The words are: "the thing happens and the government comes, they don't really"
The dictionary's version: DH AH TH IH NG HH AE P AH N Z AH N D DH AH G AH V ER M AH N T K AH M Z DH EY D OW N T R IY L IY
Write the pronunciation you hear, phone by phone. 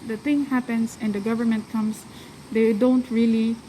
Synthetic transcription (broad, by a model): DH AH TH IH NG HH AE P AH N S AH N D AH G AH V ER M AH N T K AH M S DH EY D OW N T R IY L IY